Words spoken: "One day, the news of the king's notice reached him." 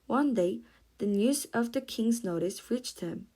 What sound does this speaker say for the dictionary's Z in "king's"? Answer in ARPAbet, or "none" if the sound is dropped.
Z